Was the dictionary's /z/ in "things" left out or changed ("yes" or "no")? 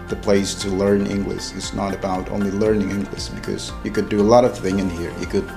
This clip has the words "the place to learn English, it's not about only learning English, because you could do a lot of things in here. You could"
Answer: yes